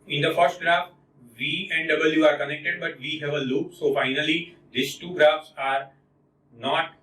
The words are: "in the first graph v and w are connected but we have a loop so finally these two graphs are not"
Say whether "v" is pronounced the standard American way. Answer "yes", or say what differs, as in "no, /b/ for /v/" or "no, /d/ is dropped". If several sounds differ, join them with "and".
yes